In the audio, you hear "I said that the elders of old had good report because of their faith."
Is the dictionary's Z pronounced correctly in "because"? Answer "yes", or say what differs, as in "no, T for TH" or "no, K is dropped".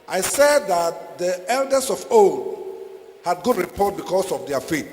no, S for Z